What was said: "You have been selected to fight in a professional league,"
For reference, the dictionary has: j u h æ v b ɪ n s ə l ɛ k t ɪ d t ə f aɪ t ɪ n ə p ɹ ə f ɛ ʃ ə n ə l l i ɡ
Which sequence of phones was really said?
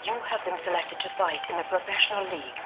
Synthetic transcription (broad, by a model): j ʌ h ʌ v b ɪ n s ə l ɛ k t ɪ d t ə f aɪ t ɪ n ə p ɹ ə f ɛ ʃ ə n ə l l i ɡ